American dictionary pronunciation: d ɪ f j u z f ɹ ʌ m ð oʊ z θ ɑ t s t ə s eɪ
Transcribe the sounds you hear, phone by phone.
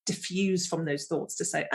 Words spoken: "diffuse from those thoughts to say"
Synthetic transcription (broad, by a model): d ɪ f j u z f ɹ ʌ m ð oʊ z θ ɑ t s t ə s eɪ